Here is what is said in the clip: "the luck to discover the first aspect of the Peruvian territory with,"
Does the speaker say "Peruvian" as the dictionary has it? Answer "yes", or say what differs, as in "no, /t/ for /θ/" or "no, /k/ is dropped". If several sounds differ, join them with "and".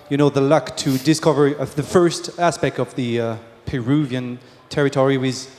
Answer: yes